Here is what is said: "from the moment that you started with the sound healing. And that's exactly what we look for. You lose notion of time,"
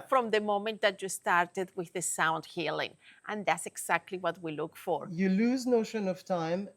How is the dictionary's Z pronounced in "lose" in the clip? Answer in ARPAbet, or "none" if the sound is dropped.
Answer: Z